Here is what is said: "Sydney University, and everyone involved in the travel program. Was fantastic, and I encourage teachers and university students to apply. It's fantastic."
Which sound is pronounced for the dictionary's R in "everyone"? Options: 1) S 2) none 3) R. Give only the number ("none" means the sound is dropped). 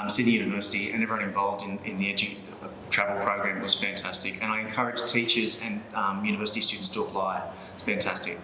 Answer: 2